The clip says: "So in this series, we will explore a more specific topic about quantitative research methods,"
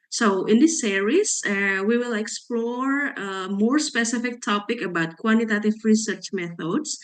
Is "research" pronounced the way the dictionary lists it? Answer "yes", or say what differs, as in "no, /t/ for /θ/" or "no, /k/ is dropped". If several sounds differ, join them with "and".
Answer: yes